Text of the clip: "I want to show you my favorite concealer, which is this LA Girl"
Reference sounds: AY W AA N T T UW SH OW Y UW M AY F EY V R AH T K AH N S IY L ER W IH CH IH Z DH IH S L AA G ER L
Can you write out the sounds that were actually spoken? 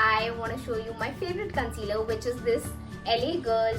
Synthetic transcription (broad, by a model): AY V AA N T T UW SH OW Y UW M AY F EY V R AH T K AH N S IY L ER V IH CH IH Z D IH S L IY G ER L